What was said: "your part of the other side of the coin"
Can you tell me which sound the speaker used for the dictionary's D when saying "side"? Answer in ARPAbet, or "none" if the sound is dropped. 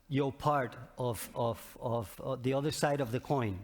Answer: D